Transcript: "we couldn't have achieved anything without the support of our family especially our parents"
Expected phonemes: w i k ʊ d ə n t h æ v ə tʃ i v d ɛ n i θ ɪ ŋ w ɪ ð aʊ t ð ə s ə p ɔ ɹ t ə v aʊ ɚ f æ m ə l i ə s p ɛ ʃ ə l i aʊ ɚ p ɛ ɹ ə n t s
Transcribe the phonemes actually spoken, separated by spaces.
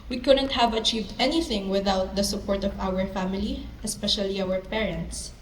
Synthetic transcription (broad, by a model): w i k ʊ d ə n t h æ v ə tʃ i v d ɛ n i θ ɪ ŋ w ɪ ð aʊ t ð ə s ə p ɔ ɹ t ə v aʊ ɚ f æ m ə l i ə s p ɛ ʃ ə l i aʊ ɚ p ɛ ɹ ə n t s